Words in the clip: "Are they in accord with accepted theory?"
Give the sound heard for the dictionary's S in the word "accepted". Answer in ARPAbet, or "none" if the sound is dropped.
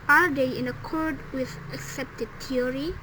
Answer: S